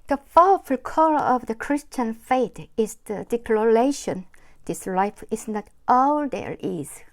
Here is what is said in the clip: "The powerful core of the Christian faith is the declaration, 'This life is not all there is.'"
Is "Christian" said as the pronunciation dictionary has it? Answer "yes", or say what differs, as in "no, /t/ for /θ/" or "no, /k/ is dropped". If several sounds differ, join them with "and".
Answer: yes